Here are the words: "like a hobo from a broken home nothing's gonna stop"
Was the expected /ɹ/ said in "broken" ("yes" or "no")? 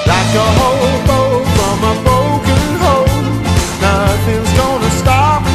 no